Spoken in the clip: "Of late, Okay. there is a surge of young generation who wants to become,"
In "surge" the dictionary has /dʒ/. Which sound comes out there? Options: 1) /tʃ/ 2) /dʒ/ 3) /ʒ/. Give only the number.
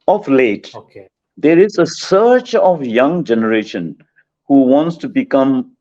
1